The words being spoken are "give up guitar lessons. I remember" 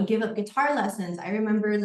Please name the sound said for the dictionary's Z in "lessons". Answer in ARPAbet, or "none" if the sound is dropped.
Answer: Z